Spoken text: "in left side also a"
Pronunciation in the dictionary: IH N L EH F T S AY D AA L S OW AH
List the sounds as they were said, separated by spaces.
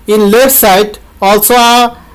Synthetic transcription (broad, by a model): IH N L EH T S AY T AA L S OW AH